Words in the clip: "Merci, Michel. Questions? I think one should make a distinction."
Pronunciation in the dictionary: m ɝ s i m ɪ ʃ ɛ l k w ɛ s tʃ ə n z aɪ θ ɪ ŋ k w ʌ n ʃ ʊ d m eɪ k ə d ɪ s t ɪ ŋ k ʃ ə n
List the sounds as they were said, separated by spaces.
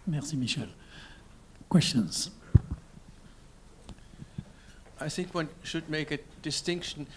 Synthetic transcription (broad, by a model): m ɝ s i m ɪ ʃ ɛ l k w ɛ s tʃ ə n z aɪ θ ɪ ŋ k w ʌ n ʃ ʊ d m eɪ k ə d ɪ s t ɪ ŋ k ʃ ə n